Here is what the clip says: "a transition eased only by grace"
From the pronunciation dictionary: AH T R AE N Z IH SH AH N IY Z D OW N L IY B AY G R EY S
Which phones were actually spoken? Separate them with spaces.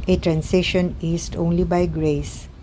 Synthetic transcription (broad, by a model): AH T R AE N S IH SH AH N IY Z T OW N L IY B AY G R EY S